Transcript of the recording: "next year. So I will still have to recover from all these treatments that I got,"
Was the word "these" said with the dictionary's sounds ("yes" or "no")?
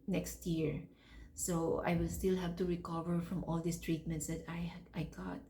no